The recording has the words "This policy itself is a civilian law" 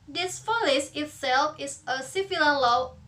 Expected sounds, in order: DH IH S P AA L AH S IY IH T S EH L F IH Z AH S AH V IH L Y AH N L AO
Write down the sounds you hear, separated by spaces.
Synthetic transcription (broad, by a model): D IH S F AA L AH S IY IH T S EH L F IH S AH S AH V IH L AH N L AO